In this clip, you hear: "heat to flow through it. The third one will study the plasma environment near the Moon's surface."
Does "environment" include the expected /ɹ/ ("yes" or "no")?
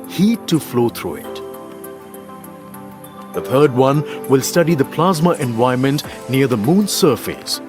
no